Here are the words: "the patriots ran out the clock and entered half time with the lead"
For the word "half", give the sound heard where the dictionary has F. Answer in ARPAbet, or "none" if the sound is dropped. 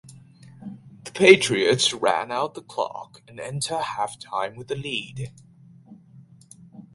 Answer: F